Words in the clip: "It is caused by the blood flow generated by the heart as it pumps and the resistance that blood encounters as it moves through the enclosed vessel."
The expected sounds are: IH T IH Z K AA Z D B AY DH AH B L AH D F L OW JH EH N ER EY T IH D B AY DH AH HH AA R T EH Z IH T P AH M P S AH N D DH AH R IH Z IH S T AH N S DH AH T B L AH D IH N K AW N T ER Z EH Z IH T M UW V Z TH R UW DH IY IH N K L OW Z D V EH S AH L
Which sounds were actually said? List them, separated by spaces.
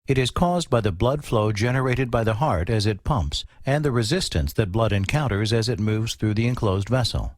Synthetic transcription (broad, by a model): IH T IH Z K AA Z B AY DH AH B L AH D F L OW JH EH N ER EY T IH D B AY DH AH HH AA R T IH Z IH T P AH M P S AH N DH AH R IH Z IH S T AH N S DH AH T B L AH D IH N K AW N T ER Z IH Z IH T M UW V Z TH R UW DH IY IH N K L OW Z D V EH S L